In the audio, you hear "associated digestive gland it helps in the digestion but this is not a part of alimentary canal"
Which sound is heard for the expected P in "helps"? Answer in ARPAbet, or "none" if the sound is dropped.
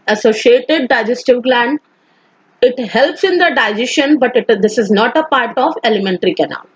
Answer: P